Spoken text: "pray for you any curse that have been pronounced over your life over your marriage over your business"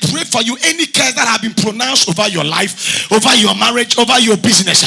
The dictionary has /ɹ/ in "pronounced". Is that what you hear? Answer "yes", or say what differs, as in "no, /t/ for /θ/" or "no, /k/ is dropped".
yes